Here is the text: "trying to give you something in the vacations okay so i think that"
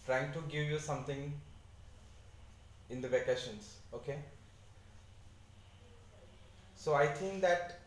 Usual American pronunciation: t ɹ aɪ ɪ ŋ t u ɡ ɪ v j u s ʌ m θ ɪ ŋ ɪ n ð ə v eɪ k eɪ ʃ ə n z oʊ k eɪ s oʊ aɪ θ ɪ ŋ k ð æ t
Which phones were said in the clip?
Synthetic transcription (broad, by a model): t ɹ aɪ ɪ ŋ t u ɡ ɪ v j u s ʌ m t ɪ ŋ ɪ n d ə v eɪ k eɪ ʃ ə n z oʊ k eɪ s oʊ aɪ t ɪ ŋ k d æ t